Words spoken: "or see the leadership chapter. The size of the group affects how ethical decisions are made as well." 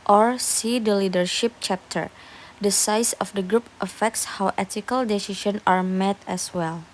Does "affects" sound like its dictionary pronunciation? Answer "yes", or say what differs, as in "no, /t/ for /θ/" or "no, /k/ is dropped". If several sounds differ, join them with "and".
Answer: yes